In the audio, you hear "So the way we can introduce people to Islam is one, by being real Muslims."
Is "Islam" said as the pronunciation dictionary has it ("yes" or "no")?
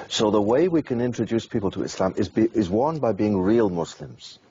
yes